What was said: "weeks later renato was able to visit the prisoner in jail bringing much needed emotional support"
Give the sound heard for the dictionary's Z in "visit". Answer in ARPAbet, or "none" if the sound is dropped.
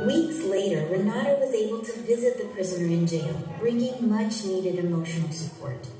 Z